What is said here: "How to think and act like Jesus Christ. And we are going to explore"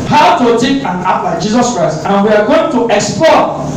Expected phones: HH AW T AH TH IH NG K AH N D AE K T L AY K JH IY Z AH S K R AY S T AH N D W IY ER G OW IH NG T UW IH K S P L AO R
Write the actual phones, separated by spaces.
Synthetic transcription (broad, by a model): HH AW T AH T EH K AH N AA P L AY JH IY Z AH S K R AY S T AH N W IY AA G OW IH NG T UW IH K S P L AO